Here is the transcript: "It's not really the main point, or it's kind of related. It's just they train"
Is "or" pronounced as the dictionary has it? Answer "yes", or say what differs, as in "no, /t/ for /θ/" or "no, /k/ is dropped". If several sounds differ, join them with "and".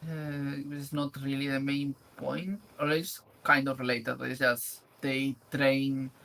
no, /l/ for /ɹ/